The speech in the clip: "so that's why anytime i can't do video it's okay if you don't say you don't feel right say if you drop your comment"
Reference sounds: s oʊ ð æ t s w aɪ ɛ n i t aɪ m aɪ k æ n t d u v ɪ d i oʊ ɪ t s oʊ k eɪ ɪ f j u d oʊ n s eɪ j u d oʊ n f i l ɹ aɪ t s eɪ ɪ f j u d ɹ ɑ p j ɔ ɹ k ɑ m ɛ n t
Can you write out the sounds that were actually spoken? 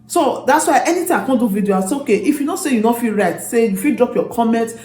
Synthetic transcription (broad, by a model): s oʊ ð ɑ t s w aɪ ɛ n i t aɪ aɪ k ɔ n d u v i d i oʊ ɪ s oʊ k eɪ ɪ f j u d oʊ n s eɪ j u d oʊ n f i l ɹ aɪ t s eɪ ɪ f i d ɹ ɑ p j ɔ k ɑ m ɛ n t